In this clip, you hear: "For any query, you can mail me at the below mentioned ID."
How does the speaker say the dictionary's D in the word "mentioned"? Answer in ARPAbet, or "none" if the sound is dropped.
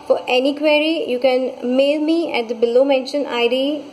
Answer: none